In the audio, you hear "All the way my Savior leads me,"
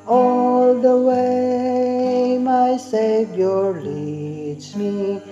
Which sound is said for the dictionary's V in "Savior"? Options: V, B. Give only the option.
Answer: B